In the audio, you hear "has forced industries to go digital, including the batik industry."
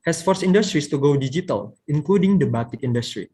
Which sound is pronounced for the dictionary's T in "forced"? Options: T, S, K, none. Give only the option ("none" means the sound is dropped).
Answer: none